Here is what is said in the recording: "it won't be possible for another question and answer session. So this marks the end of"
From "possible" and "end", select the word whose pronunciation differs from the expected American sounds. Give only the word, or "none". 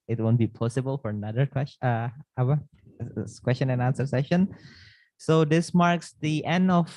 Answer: none